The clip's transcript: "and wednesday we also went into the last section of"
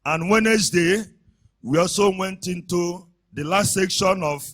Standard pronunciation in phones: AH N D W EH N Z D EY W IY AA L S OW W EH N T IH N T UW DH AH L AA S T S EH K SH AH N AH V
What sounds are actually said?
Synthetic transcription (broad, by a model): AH N W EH N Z D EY W IY AA L S OW W EH N T IH N T UW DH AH L AA S T S EH K SH AH N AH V